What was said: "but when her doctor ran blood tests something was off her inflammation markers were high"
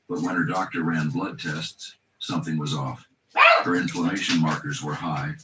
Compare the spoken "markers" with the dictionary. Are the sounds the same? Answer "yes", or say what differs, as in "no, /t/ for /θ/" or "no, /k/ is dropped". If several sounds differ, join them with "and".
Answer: yes